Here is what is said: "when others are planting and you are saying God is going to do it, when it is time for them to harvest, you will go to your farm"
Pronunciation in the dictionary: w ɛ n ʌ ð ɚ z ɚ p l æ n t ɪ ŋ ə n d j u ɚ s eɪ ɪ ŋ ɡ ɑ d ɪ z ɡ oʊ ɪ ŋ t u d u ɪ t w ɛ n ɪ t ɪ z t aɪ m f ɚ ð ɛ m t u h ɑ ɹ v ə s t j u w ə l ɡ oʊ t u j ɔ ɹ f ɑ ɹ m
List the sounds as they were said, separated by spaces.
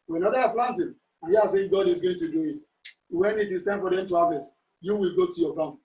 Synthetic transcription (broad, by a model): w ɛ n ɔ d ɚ ɑ p l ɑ n t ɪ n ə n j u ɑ s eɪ ɡ ɑ d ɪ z ɡ oʊ ɪ ŋ t u d u ɪ t w ɛ n ɪ t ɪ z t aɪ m f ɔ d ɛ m t u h ɑ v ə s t j u w ə l ɡ oʊ t u j ɔ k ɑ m